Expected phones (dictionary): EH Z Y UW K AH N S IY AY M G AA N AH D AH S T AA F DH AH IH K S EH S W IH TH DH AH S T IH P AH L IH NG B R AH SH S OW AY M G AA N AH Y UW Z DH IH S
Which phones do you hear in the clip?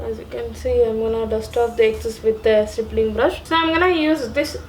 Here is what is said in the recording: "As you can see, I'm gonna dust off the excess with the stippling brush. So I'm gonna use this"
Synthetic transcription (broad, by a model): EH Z Y UW K AH N S IY AY M G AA N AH D AH S T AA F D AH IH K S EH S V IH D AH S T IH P L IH NG B R AH SH S OW AY M G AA N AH Y UW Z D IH S